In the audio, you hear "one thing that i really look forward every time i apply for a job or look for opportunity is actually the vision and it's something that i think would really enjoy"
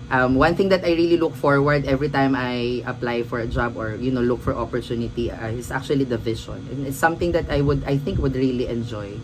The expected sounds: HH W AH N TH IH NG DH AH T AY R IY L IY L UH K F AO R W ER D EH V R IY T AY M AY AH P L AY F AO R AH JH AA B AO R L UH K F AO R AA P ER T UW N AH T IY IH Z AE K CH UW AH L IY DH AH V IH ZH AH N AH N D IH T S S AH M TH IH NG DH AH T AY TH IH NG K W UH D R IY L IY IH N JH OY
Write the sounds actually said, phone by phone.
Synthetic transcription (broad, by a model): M W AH N TH IH NG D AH T AY R IY L IY L UH K F AO R W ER D EH V R IY T AY M AY AH P L AY F AO R AH JH AA B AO R L UH K F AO R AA P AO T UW N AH T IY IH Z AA K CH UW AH L IY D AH V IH SH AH N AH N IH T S S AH M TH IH NG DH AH T AY TH IH NG K W UH D R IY L IY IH N JH OY